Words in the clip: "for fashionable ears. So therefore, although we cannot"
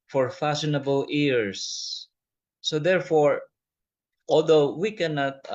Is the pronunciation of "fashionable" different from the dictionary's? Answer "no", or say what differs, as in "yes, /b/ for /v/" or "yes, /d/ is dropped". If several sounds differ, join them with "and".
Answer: yes, /s/ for /ʃ/